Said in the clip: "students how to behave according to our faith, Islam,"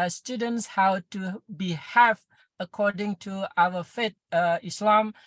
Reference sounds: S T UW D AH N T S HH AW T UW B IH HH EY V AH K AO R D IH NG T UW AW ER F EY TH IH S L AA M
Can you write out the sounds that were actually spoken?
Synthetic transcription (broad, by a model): S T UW D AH N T S HH AW T UW B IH HH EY F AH K AO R D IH NG T UW AW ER F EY T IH S L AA M